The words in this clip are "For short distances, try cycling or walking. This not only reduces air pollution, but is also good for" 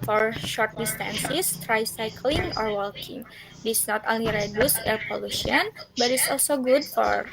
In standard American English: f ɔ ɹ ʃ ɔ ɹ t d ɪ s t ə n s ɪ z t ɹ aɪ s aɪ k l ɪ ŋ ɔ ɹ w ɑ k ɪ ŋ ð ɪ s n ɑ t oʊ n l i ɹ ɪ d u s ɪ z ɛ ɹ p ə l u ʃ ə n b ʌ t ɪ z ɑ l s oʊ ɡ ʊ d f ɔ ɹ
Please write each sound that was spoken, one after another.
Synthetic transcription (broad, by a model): f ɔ ɹ ʃ ɔ ɹ t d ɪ s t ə n s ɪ s t ɹ aɪ s aɪ k l ɪ ŋ ɔ ɹ w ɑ k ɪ ŋ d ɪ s n ɑ t oʊ n l i ɹ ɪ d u s ɛ ɹ p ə l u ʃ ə n b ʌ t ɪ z ɑ l s oʊ ɡ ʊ d f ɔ ɹ